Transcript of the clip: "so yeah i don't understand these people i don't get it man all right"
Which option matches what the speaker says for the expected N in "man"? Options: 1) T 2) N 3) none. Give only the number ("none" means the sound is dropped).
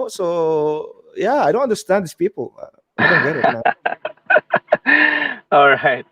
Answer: 3